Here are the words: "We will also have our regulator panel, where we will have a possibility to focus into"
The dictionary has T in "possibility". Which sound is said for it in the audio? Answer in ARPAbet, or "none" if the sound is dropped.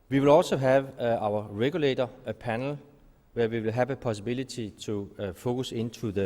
S